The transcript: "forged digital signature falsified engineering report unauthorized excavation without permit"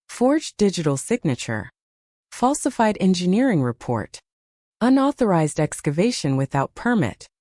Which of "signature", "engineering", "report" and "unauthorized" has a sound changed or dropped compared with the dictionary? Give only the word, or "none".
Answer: none